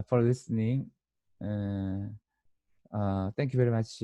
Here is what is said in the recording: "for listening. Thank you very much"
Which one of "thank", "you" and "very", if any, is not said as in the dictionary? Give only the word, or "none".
thank